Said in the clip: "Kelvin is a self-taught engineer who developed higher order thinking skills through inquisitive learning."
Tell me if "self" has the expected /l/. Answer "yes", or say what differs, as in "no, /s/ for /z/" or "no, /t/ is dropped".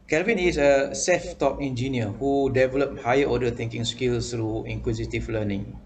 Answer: no, /l/ is dropped